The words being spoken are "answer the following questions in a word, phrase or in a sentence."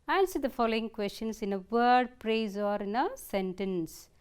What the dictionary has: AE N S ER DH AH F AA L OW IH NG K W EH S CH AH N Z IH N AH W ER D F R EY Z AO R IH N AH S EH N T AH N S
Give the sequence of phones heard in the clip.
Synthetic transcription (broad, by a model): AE N S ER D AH F AA L OW IH NG K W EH S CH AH N S IH N AH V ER D P R EY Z AO R IH N AH S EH N T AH N S